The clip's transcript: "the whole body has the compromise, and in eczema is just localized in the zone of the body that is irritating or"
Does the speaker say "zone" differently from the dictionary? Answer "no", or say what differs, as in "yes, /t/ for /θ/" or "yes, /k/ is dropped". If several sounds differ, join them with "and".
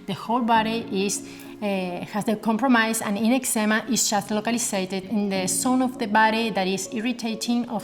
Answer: yes, /s/ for /z/